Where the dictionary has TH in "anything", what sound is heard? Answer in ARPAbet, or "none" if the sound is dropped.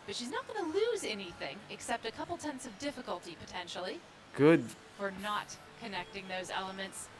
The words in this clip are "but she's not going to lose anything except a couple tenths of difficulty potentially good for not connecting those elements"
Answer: TH